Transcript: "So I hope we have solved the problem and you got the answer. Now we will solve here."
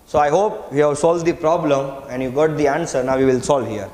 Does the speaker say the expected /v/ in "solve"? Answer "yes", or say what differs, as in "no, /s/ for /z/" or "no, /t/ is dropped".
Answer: yes